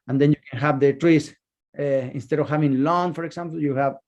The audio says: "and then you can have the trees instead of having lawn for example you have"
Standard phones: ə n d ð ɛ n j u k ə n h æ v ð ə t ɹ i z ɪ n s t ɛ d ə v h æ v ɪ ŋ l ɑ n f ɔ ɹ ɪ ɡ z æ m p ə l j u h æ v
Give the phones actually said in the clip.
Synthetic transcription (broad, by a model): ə n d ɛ n j u k ə n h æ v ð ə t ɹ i s ɪ n s t ɛ d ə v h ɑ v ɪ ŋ l ɑ n f ɔ ɹ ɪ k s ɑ m p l j u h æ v